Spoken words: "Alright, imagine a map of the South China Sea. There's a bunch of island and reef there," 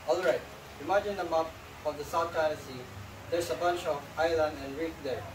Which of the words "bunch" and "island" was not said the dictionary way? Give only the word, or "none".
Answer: none